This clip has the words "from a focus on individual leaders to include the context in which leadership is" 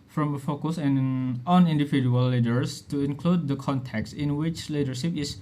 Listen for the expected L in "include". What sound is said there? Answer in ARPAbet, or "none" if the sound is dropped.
L